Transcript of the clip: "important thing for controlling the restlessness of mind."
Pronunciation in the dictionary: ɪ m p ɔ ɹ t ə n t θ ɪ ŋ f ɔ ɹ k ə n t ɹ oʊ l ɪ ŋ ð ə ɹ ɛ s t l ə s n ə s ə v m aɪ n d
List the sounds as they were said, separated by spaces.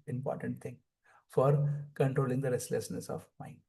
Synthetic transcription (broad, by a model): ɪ m p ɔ ɹ t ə n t t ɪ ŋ f ɔ ɹ k ə n t ɹ oʊ l ɪ ŋ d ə ɹ ɛ s t l ə s n ə s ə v m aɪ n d